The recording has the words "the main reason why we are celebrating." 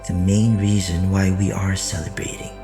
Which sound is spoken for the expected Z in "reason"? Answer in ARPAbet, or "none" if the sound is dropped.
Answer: Z